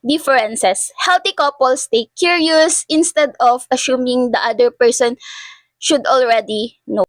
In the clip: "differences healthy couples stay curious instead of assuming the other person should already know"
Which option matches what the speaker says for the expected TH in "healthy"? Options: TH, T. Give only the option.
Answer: T